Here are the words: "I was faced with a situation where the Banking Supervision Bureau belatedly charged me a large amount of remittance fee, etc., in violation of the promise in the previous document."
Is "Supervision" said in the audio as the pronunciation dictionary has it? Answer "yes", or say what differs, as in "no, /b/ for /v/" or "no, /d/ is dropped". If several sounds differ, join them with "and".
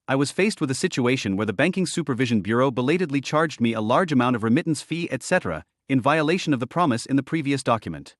yes